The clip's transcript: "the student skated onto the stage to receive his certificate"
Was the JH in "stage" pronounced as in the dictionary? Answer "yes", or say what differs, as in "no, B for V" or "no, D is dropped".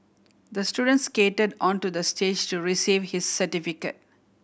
yes